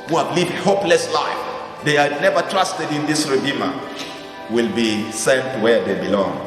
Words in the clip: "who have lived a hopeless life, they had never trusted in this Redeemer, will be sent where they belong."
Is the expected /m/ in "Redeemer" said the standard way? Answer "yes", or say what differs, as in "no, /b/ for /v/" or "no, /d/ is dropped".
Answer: yes